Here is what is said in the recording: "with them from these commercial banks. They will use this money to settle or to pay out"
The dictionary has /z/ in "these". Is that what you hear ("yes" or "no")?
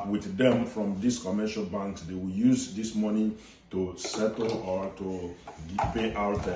no